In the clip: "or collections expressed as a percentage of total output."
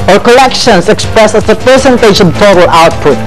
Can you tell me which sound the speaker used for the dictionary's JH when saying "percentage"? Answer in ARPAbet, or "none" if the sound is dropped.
SH